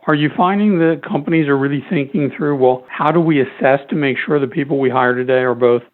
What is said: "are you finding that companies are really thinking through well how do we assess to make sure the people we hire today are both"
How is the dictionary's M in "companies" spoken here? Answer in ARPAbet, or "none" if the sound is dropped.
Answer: M